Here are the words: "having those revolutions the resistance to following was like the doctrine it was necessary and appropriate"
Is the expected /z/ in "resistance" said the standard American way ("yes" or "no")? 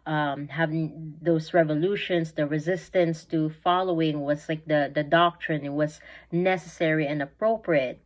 yes